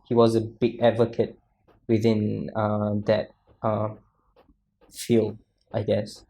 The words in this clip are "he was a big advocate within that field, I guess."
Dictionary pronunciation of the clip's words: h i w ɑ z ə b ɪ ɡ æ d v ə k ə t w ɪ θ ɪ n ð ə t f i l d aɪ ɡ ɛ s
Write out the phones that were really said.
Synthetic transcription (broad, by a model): h i w ɑ z ə b ɪ ɡ æ d v ə k ə t w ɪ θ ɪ n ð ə t f i l d aɪ ɡ ɛ s